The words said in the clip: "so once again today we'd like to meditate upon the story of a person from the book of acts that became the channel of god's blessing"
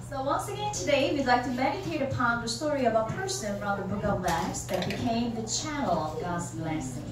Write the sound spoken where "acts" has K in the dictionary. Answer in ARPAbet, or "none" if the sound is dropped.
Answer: none